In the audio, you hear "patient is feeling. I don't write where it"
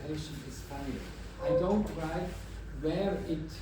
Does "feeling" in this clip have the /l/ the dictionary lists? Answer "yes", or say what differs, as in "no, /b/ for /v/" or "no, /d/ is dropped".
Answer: no, /n/ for /l/